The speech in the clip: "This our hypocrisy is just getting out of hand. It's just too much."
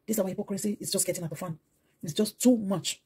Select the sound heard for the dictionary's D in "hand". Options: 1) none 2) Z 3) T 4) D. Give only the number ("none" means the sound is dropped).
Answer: 1